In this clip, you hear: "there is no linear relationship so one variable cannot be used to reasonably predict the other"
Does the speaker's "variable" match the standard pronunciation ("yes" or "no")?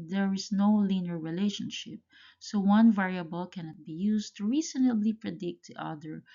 yes